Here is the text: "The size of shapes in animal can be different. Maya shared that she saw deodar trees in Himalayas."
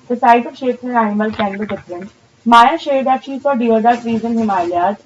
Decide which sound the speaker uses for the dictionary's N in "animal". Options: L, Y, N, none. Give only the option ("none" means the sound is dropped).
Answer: none